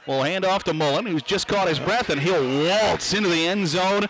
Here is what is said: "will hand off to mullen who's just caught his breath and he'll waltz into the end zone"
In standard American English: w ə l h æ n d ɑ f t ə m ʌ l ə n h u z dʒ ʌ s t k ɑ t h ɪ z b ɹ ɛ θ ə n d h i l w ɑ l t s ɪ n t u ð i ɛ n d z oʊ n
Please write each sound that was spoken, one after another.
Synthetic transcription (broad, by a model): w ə l h æ n d ɑ f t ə m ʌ l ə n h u z dʒ ʌ s k ɑ t h ɪ z b ɹ ɛ θ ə n h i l w ɑ l t s ɪ n t u ð i ɛ n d z oʊ n